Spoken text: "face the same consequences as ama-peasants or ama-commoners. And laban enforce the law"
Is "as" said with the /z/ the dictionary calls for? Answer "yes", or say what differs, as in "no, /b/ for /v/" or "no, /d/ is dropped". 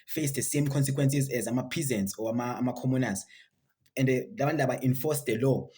yes